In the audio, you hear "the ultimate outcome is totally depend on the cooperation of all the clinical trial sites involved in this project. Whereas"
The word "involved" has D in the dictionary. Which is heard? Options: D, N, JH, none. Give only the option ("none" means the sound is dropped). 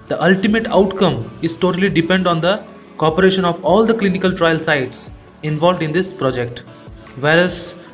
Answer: D